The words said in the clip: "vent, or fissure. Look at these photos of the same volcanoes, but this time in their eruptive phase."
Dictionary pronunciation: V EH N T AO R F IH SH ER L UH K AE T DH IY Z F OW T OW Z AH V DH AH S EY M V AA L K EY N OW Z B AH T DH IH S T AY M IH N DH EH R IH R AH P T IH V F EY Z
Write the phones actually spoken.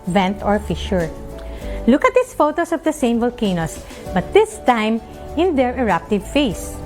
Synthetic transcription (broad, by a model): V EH N T AO R F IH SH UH L UH K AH T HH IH S F OW T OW S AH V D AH S EY M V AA L K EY N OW S B AH T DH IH S T AY M IH N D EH R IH R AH P T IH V F EY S